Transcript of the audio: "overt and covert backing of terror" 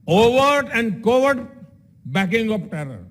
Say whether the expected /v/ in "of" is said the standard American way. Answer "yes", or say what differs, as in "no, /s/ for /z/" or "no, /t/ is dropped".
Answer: no, /p/ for /v/